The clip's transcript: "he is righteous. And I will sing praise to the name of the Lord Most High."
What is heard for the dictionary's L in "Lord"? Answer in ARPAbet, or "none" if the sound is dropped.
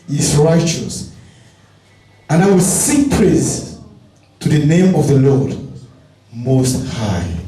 L